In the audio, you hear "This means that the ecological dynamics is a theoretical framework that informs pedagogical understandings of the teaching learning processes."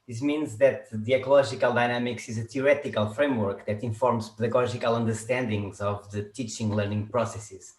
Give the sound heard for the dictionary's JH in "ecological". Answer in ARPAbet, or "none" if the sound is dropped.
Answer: ZH